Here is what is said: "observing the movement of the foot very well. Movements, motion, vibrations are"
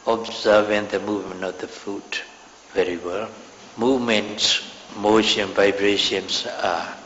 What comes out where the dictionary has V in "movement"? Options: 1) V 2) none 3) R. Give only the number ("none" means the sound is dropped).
1